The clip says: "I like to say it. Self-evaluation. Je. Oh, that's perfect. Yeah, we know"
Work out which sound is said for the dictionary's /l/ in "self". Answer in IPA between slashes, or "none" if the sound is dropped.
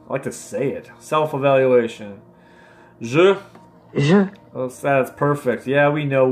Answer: /l/